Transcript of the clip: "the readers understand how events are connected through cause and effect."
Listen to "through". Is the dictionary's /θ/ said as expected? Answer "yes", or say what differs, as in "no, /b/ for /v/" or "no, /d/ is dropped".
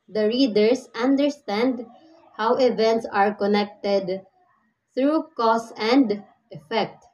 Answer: no, /t/ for /θ/